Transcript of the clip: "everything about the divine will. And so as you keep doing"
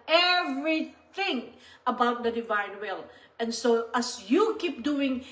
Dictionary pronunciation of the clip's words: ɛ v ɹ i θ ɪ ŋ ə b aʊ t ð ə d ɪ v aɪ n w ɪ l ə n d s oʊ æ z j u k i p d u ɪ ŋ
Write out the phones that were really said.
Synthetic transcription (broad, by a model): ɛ v ɹ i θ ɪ ŋ ə b aʊ t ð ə d ɪ v aɪ n w ɪ l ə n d s oʊ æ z j u k i p d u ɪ ŋ